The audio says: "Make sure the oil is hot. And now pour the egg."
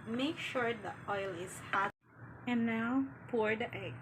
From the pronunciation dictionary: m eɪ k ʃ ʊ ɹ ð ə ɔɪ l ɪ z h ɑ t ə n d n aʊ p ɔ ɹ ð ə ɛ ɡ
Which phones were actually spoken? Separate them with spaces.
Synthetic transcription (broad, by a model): m eɪ k ʃ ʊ ɹ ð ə ɔɪ l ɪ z h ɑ ə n n aʊ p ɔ ɹ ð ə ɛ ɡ